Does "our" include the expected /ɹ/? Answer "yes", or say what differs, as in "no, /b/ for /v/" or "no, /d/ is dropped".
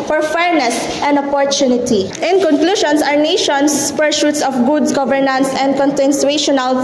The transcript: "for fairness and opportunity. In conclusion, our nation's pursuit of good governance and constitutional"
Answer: yes